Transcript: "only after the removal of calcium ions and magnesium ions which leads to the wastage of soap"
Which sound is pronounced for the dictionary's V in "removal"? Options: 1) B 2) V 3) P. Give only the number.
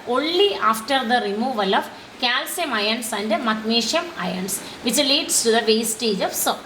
2